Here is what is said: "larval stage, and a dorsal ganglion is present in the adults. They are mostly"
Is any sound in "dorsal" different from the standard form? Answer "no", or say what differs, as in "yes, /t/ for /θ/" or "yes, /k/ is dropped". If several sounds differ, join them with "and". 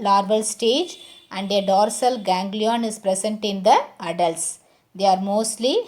no